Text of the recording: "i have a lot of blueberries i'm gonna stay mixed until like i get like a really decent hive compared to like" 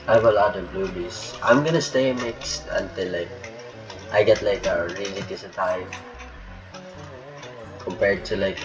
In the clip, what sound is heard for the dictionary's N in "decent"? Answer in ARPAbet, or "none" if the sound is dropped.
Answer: none